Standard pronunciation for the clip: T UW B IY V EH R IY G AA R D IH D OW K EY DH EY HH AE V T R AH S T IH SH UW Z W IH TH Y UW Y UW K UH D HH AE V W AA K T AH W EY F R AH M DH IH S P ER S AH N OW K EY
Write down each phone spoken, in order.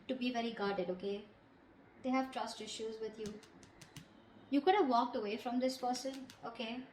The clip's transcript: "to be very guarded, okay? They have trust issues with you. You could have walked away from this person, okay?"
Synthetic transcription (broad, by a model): T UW B IY V EH R IY G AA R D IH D OW K EY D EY HH AE V T R AH S T IH SH UW Z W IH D Y UW Y UW K UH D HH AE V AA K T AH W EY F R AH M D IH S P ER S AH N OW K EY